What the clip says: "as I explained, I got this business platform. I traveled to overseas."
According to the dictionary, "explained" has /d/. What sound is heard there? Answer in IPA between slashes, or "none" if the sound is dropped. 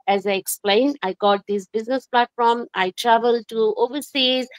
/d/